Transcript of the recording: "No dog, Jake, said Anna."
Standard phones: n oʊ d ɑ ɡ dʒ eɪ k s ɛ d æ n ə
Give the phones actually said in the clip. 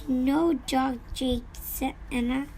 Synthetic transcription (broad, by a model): n oʊ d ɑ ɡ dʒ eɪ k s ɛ ɛ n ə